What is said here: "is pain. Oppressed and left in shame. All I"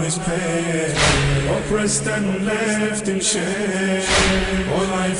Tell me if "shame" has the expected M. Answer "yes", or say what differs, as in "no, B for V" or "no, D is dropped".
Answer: no, M is dropped